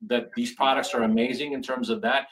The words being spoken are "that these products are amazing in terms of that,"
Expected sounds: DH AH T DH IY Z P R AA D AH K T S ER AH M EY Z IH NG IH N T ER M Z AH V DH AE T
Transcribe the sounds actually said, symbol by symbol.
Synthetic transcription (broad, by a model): DH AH T DH IY Z P R AA D AH K T S ER AH M EY Z IH NG IH N T ER M Z AH V DH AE T